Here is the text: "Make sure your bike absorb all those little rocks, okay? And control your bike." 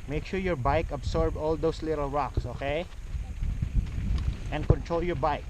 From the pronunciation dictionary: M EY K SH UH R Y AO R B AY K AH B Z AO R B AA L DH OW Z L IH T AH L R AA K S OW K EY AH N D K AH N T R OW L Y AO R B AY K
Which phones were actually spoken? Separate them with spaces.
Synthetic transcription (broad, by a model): M EY K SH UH R Y AO R B AY K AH B S AO R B AA L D OW S L IH T AH L R AA K S OW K EY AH N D K AH N T R OW L Y AO R B AY K